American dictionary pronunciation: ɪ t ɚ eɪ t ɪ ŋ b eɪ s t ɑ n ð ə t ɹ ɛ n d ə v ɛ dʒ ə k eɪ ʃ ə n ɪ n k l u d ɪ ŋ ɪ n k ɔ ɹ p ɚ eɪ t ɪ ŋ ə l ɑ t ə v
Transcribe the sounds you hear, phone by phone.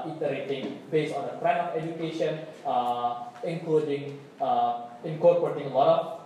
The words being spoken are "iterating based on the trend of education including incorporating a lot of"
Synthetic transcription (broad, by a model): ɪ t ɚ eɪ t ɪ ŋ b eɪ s ɑ n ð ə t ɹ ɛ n ə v ɛ dʒ ə k eɪ ʃ ə n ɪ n k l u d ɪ ŋ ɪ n k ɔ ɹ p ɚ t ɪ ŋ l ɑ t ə